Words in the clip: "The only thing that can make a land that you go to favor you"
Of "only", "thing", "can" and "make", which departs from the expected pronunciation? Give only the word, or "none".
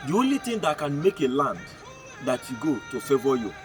thing